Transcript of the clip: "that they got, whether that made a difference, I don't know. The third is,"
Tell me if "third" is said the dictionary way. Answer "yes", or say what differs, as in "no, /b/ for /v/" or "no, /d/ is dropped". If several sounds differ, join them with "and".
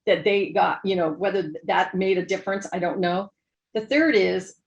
yes